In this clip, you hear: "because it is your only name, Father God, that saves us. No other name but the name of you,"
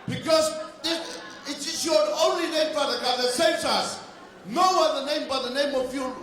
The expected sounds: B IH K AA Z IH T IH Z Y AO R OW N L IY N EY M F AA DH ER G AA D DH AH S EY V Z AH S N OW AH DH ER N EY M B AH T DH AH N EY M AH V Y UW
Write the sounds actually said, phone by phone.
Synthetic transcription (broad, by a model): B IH K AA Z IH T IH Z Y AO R OW N L IY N EY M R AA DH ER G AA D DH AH S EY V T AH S N OW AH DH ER N EY M B AH T DH AH N EY M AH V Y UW